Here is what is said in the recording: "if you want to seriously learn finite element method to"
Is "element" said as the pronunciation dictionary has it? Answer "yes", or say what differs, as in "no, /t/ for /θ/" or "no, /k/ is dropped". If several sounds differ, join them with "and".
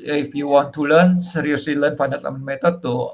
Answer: no, /l/ is dropped